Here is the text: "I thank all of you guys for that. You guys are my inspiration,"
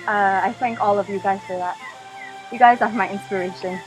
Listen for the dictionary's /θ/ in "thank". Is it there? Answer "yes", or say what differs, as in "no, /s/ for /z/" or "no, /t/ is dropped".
yes